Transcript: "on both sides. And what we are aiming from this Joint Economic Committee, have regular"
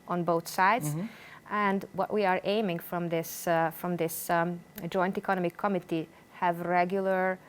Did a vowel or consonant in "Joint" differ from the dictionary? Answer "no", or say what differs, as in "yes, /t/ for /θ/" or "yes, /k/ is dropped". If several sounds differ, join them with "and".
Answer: no